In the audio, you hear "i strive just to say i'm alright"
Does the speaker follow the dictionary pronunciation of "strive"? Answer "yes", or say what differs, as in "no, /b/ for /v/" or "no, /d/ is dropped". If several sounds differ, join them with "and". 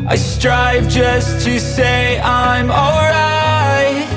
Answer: yes